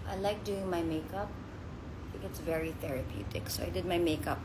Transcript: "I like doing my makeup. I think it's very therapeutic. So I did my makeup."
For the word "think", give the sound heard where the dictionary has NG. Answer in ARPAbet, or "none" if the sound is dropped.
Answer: none